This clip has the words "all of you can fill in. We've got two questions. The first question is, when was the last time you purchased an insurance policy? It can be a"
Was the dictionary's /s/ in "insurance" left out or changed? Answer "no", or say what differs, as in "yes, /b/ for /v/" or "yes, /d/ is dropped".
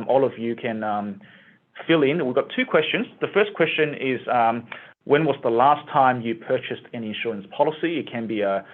no